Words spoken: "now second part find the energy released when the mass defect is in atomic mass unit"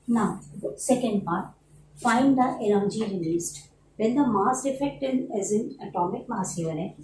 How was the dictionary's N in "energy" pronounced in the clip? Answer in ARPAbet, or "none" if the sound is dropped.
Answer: L